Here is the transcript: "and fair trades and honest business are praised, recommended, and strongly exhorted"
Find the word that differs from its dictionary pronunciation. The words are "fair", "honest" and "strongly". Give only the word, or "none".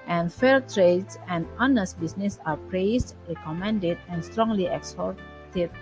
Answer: fair